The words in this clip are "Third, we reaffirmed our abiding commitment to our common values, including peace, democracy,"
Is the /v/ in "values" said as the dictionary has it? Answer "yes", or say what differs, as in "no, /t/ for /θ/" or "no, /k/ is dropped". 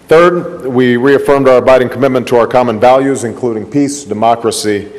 yes